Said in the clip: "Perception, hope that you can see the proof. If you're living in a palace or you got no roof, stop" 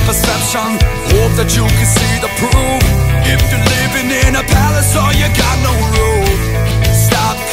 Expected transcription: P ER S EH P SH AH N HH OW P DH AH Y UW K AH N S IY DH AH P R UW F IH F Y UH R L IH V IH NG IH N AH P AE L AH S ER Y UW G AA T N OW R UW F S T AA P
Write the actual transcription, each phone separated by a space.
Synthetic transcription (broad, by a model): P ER S EH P SH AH N HH OW P DH AH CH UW K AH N S IY DH AH P UW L IH F Y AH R L IH V IH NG IH N AH P AE L AH S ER Y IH G AA T N OW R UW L S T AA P